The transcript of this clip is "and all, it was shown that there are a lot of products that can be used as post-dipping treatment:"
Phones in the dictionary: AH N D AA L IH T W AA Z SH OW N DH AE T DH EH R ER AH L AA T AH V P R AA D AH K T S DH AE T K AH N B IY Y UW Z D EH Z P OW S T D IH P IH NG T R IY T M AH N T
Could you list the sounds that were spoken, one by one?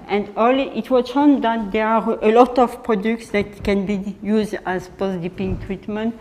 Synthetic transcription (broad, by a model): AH N D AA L IH T W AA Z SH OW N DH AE T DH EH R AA AH L AA T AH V P R AA D AH K T S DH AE T K AH N B IY Y UW Z D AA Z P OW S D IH P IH NG T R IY T M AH N T